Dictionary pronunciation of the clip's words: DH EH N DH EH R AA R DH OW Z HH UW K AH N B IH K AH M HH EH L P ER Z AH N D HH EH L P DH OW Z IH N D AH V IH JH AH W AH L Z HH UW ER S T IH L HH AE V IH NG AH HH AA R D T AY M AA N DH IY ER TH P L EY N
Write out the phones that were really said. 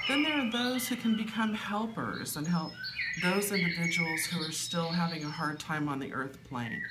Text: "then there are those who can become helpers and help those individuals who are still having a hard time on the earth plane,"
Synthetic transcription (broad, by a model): DH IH N DH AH R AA R DH OW Z HH UW K AH N B IH K AH M HH EH L P ER Z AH N HH EH L P DH OW Z IH N D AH V IH JH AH W L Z HH UW ER S T IH L HH AE V IH NG AH HH AA R D T AY M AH N DH IY ER TH P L EY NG